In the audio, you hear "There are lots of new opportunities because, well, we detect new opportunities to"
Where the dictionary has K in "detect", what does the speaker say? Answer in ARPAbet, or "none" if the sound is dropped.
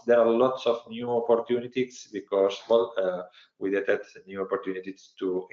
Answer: none